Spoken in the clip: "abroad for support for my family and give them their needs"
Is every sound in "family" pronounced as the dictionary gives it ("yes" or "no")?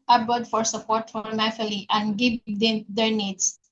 no